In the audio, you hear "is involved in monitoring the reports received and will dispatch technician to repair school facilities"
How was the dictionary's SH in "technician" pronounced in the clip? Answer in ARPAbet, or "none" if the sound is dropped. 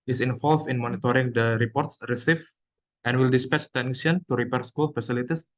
none